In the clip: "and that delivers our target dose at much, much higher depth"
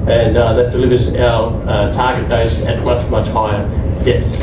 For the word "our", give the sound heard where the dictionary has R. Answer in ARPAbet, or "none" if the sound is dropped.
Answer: L